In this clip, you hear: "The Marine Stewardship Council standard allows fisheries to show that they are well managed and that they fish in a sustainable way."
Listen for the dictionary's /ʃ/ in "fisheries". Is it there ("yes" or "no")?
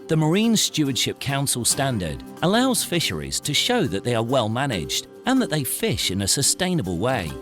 yes